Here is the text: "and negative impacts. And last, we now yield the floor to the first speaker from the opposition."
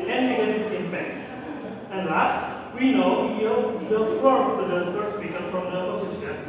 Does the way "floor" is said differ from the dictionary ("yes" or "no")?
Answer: yes